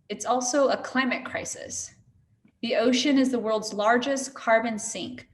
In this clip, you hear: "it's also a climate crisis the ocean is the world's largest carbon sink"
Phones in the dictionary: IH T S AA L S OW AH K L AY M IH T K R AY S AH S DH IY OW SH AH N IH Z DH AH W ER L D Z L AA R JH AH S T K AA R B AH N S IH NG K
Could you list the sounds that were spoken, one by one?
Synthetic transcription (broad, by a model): IH T S AA L S OW AH K L AY M IH T K R AY S AH S DH IY OW SH AH N IH Z DH AH W ER L D Z L AA R JH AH S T K AA R B AH N S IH NG K